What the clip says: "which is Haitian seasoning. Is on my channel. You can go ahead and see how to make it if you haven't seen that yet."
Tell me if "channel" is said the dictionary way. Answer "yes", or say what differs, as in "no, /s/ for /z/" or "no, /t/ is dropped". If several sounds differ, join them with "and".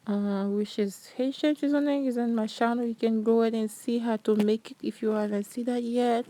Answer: no, /ʃ/ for /tʃ/